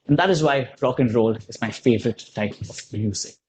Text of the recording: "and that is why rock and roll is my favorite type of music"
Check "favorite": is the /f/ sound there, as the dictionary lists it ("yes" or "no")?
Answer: yes